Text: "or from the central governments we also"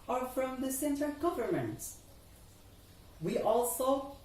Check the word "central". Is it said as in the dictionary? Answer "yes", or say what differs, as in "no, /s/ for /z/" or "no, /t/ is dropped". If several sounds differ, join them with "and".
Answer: no, /ɹ/ is dropped